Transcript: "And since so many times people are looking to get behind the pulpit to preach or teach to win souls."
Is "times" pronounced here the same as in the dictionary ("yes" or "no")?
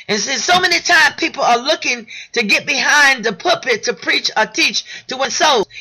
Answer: no